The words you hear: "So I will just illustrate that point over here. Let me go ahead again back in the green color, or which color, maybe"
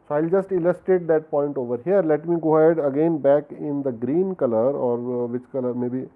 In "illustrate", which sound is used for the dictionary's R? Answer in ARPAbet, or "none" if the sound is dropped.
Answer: none